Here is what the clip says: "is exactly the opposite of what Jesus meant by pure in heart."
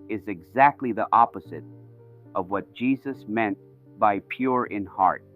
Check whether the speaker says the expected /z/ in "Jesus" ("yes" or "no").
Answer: yes